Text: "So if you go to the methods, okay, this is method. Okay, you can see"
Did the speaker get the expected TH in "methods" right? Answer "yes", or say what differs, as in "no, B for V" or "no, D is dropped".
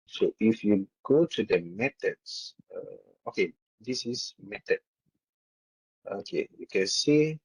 no, T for TH